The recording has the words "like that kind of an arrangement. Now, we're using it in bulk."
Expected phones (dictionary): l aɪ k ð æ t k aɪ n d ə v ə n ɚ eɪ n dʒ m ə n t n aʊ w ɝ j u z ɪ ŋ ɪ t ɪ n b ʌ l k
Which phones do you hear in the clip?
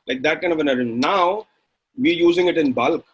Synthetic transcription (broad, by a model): l aɪ k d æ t k aɪ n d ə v ə n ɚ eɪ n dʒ ə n n aʊ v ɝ j u z ɪ ŋ ɪ t ɪ n b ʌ l k